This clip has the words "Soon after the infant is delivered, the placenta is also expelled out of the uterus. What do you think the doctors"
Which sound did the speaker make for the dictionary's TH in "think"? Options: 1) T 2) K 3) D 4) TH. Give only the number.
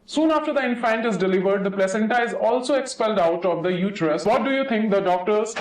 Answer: 1